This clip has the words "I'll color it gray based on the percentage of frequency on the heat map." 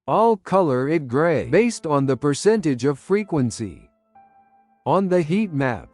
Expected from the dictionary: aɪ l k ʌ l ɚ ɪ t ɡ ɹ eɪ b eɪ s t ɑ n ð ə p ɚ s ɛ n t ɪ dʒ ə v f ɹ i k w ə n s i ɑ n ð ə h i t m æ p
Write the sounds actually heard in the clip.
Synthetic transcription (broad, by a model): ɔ l k ʌ l ɚ ɪ t ɡ ɹ eɪ b eɪ s t n ð ə p ɚ s ɛ n t ɪ dʒ ə v f ɹ i k w ə n s i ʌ n ð ə h i t m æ p